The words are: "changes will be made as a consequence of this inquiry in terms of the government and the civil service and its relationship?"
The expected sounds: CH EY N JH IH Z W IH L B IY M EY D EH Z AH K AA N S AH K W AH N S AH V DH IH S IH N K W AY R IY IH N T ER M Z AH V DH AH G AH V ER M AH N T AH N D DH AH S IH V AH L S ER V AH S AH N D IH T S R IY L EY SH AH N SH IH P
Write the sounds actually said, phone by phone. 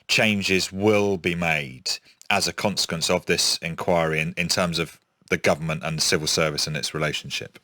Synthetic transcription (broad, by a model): CH EY N JH IH Z W IH L B IY M EY D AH Z AH K AA N S AH K W AH N S AH V DH IH S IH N K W AY R IY IH N T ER M Z AH V DH AH G AH V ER M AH N T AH N DH AH S IH V AH L S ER V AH S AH N IH T S R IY L EY SH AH N SH IH P